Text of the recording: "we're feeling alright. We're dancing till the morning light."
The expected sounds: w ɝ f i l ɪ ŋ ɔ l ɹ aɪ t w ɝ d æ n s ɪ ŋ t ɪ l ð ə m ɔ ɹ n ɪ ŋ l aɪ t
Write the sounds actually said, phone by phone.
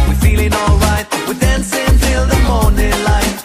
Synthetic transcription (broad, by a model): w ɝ f i l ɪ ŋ ɔ l ɹ aɪ t w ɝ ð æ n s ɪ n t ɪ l ð ə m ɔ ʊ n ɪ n l aɪ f